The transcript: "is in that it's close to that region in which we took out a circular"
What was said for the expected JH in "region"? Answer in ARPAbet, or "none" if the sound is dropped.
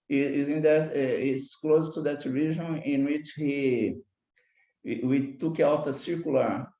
ZH